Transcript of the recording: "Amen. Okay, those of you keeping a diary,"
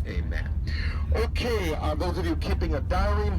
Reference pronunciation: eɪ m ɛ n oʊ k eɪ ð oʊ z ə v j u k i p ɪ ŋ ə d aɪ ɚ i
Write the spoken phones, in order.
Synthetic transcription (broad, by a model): eɪ m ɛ n oʊ k eɪ ð oʊ z ə v j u k i p ɪ ŋ ə d aɪ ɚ i